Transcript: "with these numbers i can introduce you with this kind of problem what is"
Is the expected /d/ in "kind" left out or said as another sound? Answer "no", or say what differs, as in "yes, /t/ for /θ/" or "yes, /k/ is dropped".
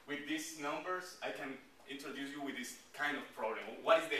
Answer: no